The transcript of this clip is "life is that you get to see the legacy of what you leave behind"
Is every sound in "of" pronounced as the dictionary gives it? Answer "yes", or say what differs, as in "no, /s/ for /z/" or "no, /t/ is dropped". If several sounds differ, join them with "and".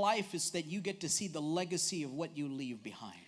yes